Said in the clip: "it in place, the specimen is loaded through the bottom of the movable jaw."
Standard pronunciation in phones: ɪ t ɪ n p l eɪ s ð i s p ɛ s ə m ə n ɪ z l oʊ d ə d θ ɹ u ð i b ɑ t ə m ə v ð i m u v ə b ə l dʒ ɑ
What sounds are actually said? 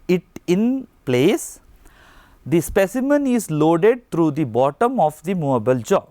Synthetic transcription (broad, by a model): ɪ t ɪ n p l eɪ s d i s p ɛ s ə m ə n ɪ z l oʊ d ə d t ɹ u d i b ɑ t ə m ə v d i m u ə b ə l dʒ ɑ